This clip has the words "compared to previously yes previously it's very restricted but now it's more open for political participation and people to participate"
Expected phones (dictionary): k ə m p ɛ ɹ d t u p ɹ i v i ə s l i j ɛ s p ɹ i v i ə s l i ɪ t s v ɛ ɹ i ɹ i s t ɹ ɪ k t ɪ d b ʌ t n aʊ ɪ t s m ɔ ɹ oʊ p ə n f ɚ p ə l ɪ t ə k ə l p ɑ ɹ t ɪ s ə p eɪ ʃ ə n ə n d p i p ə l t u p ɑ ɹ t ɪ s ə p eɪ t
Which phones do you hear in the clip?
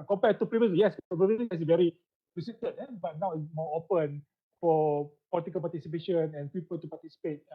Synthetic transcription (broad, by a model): k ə m p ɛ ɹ t u p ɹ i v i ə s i j ɛ s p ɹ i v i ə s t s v ɛ ɹ i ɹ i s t ʌ t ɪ b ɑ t n aʊ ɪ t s m ɔ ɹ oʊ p ə n f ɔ p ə l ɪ t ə k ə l p ɑ t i s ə p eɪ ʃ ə n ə n p i p ə l t u p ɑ t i s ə p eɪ t